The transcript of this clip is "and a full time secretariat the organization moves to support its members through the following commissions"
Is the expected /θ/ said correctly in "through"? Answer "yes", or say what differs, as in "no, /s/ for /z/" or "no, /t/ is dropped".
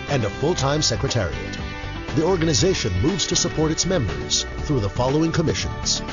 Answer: yes